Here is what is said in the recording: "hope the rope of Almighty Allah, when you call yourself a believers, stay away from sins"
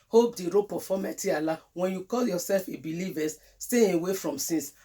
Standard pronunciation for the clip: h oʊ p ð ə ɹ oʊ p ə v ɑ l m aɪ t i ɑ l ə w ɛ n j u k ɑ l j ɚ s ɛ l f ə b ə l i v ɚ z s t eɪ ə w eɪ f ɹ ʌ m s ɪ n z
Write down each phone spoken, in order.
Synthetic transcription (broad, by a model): h oʊ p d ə ɹ oʊ p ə f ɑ m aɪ t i ɑ l ə w ɛ n j u k ɑ l j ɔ s ɛ l f ə b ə l i v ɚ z s t eɪ ə w eɪ f ɹ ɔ m s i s